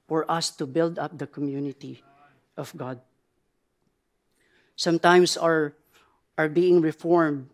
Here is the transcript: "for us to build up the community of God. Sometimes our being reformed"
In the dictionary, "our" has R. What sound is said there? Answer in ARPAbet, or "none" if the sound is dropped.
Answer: R